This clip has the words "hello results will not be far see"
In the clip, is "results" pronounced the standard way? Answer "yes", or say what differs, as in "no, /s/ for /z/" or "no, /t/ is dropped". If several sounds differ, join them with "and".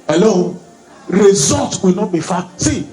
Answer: no, /s/ is dropped